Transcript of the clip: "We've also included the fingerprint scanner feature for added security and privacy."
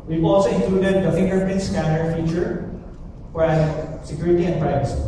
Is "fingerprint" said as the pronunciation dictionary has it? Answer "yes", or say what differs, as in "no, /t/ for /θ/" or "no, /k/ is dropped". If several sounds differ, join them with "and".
no, /ɹ/ is dropped